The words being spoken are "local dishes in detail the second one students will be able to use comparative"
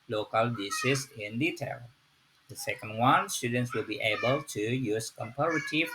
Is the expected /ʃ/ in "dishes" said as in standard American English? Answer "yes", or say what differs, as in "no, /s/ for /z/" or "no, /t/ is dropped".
no, /s/ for /ʃ/